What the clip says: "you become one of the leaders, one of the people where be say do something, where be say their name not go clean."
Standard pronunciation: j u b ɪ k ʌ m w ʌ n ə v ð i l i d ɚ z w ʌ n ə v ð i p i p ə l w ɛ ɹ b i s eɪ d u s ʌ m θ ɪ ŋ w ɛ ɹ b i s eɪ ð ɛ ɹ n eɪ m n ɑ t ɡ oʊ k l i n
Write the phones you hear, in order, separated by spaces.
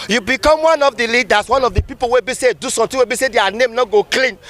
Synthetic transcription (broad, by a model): j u b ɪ k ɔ m w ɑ n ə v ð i l i d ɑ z w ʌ n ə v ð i p i p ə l w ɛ b i s eɪ d u s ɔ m t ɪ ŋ w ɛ b i s eɪ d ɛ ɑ n eɪ m n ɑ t ɡ oʊ k l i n